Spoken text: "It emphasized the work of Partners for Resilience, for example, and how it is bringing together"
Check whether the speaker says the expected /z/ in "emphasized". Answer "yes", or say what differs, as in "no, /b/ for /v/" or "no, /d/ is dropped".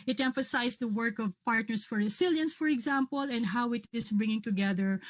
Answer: no, /s/ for /z/